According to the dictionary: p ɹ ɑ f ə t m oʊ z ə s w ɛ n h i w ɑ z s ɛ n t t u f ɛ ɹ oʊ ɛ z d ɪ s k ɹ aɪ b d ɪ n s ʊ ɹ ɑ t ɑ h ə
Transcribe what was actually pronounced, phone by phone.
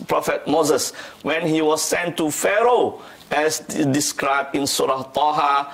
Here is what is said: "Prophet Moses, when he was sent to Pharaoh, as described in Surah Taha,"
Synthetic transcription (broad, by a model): p ɹ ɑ f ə t m oʊ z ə s w ɛ n h i w ɑ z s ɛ n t t u f ɛ ɹ oʊ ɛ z d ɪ s k ɹ aɪ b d ɪ n s ʊ ɹ ɑ t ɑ h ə